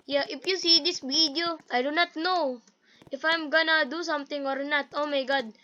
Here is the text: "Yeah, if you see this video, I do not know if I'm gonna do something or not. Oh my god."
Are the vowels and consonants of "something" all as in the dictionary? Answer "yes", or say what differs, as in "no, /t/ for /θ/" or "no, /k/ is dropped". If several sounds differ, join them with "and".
no, /t/ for /θ/